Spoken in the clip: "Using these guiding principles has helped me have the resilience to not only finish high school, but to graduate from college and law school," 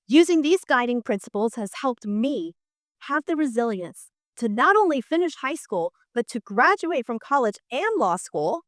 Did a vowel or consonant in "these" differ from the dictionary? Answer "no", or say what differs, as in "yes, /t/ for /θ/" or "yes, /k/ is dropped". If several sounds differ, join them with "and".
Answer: no